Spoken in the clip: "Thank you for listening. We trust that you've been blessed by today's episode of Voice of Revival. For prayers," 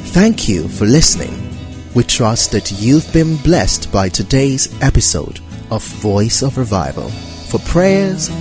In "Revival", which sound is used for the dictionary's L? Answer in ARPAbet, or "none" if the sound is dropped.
L